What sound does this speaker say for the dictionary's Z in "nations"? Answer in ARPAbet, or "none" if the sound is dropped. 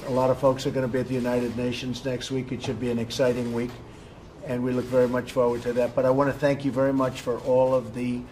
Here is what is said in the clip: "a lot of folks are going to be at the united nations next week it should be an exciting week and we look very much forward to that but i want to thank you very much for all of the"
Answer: Z